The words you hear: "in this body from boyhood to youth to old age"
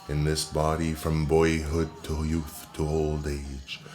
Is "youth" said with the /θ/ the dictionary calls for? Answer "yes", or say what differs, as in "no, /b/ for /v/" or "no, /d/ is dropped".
yes